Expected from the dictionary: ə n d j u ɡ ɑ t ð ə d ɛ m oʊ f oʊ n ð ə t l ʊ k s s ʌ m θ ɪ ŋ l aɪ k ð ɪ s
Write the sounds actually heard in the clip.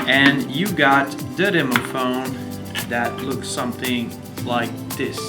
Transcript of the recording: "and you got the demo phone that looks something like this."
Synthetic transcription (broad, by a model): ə n j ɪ ɡ ɑ t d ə d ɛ m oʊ f oʊ n ð ə t l ʊ k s s ʌ m θ ɪ ŋ l aɪ k ð ɪ s